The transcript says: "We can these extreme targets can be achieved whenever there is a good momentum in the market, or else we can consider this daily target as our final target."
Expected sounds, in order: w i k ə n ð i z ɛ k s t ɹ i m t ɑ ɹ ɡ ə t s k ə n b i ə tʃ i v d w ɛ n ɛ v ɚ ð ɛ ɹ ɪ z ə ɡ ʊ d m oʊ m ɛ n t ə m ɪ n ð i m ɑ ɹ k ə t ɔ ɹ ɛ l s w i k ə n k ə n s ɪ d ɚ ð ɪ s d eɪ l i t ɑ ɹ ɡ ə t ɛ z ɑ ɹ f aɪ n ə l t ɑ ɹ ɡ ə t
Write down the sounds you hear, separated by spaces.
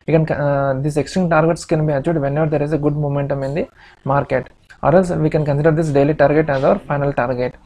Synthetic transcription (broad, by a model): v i k ə n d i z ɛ k s t ɹ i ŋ t ɑ ɹ ɡ ə t s k ə n b i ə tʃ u d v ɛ n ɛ v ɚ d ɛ ɹ ɪ z ə ɡ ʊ d m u m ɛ n t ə m ɪ n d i m ɑ ɹ k ə t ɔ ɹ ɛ l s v i k ə n k ə n s ɪ d ɚ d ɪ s d eɪ l i t ɑ ɹ ɡ ə t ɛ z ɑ ɹ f aɪ n ə l t ɑ ɹ ɡ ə t